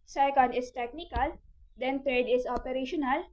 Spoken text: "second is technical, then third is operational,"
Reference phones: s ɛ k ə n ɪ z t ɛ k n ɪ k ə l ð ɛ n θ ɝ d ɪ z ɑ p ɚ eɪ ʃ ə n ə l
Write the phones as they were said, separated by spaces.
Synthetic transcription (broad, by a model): s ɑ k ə n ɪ s t ɛ k n ɪ k ə l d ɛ n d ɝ d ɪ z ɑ p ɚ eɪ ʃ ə n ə l